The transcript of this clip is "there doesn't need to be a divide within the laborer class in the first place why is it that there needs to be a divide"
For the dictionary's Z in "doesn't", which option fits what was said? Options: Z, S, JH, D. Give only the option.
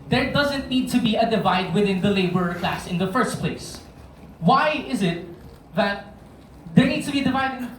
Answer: Z